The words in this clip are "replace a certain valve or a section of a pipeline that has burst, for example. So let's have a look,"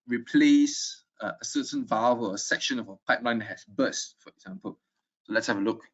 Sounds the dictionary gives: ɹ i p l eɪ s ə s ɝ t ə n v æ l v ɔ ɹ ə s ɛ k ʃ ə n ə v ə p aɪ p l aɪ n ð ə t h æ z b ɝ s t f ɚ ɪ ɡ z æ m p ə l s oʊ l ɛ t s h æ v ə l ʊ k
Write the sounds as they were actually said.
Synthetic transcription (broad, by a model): ɹ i p l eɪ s ə s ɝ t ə n v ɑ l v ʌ l ə s ɛ k ʃ ə n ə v ə p aɪ p l aɪ n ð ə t h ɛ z b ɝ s t f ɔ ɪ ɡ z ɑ m p ə l s oʊ l ɛ t s h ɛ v ə l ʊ k